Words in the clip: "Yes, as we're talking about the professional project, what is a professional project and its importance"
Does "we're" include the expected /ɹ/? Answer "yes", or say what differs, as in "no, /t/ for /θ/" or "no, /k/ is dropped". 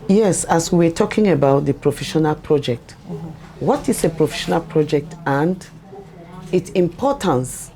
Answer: no, /w/ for /ɹ/